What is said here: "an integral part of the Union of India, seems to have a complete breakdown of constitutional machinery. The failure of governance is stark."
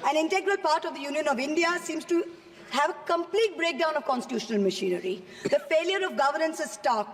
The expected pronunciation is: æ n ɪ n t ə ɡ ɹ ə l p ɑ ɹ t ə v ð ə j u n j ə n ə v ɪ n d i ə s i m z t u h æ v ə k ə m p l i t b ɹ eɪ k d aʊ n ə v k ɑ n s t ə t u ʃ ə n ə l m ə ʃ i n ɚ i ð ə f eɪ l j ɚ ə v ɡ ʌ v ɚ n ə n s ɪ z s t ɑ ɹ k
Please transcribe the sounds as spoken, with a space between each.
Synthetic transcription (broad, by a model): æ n ɪ n t ə ɡ ɹ ə l p ɑ ɹ t ə v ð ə j u n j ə n ə v ɪ n d i ə s i m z t u h æ v ə k ə m p l i t b ɹ eɪ k d aʊ n ə v k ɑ n s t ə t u ʃ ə n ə l m ə ʃ i n ɚ i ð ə f eɪ l j ɚ ə v ɡ ʌ v ɚ n ə n s ɪ z s t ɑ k